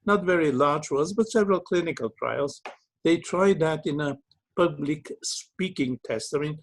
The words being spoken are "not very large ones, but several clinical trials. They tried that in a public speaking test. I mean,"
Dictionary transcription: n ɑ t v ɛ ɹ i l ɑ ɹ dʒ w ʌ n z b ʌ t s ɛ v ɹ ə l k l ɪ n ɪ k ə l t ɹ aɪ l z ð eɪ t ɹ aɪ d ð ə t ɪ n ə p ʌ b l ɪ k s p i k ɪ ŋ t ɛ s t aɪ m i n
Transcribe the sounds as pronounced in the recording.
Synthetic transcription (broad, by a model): n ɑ t v ɛ ɹ i l ɑ ɹ dʒ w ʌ z b ʌ t s ɛ v ɹ ə l k l ɪ n ɪ k ə l t ɹ aɪ l z ð eɪ t ɹ aɪ d ð ə t ɪ n ə p ʌ b l ɪ k s p i k ɪ ŋ t ɛ s t aɪ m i n